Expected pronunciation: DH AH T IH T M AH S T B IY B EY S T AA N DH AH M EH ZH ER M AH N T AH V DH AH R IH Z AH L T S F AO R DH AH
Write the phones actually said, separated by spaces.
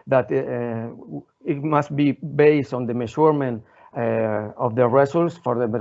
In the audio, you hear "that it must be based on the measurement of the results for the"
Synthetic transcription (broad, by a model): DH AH T IH T M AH S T B IY B EY S T AA N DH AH M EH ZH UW M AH N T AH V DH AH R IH S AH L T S F AO R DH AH